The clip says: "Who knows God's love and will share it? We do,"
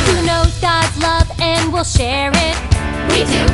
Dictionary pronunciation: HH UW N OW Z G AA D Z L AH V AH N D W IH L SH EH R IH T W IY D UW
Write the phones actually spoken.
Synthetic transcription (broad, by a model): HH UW N OW G AA D L AH V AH N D W IH L SH EH R IH T W IY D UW